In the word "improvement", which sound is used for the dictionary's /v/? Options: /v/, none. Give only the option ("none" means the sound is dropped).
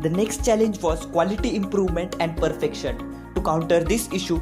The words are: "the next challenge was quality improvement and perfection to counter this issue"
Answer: /v/